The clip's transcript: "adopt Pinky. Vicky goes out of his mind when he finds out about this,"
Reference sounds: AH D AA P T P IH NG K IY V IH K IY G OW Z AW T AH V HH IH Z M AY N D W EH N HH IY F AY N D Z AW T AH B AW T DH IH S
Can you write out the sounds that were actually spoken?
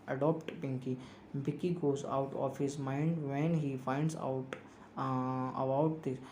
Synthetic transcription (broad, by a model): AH D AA P T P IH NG K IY B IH K IY G OW Z AW T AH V HH IH Z M AY N D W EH N HH IY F AY N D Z AW T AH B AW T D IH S